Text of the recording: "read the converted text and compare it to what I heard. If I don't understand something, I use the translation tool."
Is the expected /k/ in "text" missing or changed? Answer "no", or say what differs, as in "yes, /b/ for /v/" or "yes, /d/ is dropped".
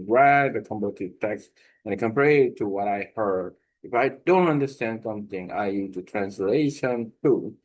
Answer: no